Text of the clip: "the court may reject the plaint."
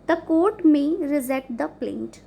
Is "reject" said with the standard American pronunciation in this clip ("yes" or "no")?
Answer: no